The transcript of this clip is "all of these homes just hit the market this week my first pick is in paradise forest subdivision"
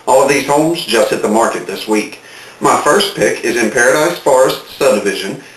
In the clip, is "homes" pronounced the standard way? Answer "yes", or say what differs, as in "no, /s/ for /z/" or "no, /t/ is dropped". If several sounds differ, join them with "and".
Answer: yes